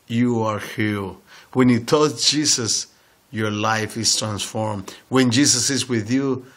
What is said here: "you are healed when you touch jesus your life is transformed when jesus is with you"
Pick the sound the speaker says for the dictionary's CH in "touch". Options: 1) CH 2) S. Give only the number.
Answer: 2